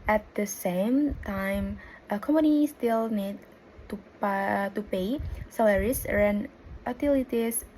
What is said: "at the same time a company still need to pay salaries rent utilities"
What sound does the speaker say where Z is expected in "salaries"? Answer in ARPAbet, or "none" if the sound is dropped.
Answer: S